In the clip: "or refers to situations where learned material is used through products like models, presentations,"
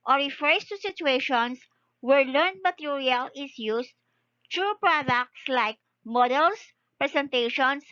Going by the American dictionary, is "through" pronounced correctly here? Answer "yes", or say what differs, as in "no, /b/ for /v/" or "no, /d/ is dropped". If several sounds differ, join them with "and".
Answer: no, /t/ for /θ/